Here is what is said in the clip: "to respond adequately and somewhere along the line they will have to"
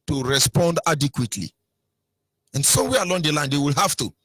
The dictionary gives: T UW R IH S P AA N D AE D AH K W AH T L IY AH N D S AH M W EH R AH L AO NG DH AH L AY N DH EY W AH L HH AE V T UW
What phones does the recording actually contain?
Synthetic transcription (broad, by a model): T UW R IH S P AA N D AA D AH K W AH T L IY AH N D S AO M W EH AH L AO NG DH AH L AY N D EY W AH L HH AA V T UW